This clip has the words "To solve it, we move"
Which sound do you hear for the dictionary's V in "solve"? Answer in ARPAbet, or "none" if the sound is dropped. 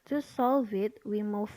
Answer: V